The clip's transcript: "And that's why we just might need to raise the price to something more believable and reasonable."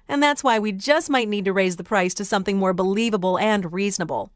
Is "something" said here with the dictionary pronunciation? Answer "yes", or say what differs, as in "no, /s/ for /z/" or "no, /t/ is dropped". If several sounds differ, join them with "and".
yes